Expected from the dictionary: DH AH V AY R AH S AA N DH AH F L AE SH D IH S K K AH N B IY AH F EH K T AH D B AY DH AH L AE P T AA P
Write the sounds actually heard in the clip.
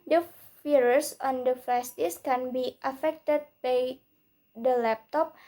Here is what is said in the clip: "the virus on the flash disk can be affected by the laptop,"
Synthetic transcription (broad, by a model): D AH F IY R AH S AA N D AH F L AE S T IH S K K AH N B IY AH F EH K T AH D B AY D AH L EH P T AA P